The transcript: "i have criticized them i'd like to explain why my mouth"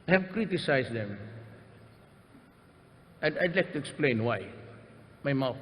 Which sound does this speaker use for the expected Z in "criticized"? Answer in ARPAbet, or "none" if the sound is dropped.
S